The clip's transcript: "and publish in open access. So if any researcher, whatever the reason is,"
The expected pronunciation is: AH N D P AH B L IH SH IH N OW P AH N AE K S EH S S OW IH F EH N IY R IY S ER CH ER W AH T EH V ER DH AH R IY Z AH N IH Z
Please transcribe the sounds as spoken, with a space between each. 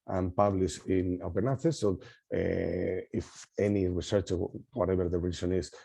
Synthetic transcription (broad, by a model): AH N P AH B L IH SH IH N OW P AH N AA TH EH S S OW IH F EH N IY R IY S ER CH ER W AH T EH B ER DH AH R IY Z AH N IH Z